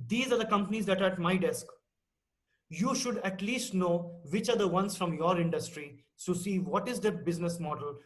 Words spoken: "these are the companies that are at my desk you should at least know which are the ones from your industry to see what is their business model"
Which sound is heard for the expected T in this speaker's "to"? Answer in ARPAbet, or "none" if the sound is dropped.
S